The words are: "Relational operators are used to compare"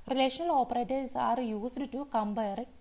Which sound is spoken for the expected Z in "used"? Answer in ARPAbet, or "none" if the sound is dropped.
S